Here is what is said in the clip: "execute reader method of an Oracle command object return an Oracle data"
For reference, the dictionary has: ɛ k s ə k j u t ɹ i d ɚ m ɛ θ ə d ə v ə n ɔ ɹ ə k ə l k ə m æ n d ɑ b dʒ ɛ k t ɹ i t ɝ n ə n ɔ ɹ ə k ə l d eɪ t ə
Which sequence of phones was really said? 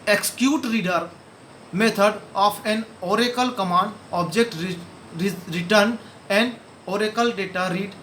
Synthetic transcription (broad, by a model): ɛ k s k j u t ɹ i d ɚ m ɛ t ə d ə p ə n ɔ ɹ ə k ə l k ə m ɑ n d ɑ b dʒ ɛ k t ɹ i t ɝ n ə n ɔ ɹ ə k ə l d eɪ t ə